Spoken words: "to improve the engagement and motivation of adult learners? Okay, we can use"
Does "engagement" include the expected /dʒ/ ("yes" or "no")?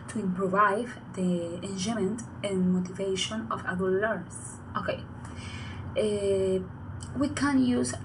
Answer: no